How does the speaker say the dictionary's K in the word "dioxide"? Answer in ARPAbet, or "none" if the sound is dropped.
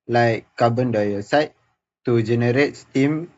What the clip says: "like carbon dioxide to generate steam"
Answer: none